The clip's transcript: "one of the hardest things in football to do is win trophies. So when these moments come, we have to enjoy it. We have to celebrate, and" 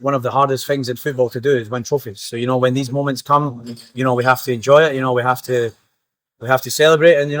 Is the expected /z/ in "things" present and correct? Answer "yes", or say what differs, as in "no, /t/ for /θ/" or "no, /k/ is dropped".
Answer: yes